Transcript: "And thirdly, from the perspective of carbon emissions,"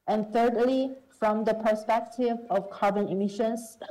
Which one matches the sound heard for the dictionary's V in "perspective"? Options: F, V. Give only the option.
V